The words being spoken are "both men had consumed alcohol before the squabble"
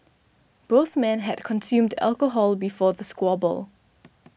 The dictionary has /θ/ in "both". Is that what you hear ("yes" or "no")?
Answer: yes